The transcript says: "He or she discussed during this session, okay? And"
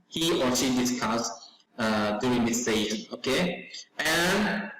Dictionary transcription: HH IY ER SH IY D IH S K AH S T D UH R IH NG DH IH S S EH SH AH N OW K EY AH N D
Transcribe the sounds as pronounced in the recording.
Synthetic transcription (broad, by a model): HH IY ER SH IY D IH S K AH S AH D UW IH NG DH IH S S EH AH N OW K EY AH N